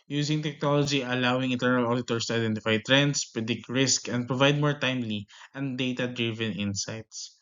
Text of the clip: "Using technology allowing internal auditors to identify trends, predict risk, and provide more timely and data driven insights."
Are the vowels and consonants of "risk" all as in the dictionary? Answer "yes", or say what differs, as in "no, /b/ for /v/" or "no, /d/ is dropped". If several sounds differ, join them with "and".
yes